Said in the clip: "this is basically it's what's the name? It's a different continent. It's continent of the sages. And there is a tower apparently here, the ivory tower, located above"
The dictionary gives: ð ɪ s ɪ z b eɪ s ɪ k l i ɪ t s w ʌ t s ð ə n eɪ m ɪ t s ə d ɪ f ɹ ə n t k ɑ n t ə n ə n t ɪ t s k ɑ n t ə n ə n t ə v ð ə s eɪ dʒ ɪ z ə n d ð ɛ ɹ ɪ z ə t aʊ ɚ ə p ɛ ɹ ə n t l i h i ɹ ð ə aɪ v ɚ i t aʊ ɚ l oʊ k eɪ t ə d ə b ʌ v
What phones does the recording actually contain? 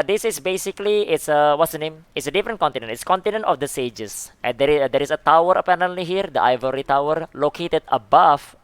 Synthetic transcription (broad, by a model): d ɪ s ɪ s b eɪ s ɪ k l i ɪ t s w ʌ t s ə n eɪ m ɪ t s ə d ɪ f ɹ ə n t k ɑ n t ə n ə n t ɪ t s k ɑ n t ə n ə n t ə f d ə s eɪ dʒ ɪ s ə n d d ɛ ɹ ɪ s ə t aʊ ɚ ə p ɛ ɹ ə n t l i h i ɹ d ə aɪ v ɚ i t aʊ ɚ l oʊ k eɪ t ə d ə b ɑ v